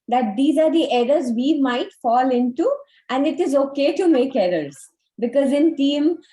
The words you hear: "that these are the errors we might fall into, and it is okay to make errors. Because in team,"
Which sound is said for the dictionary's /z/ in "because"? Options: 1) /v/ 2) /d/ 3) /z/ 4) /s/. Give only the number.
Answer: 3